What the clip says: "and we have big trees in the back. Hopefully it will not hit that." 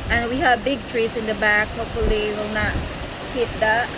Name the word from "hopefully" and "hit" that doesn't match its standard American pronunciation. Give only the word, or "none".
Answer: hopefully